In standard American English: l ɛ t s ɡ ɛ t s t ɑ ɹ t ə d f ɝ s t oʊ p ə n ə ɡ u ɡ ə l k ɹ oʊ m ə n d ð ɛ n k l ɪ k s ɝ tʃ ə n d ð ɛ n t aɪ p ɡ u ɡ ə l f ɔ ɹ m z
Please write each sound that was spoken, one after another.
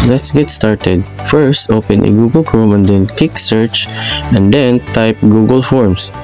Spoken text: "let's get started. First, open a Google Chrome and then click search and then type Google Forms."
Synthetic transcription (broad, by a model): l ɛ t s ɡ ɛ t s t ɑ ɹ t ə d f ɝ s t oʊ p ə n ə ɡ u ɡ ə l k ɹ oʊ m ə n d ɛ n k ɪ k s ɝ tʃ ə n d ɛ n t aɪ p ɡ u ɡ ə l f ɔ ɹ m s